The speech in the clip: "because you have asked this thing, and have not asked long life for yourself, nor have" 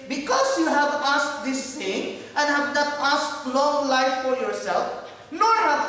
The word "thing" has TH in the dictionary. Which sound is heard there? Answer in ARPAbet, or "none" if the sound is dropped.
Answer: T